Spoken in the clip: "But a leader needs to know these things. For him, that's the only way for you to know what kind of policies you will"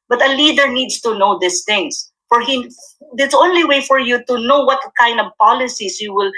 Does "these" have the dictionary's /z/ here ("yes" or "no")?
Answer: no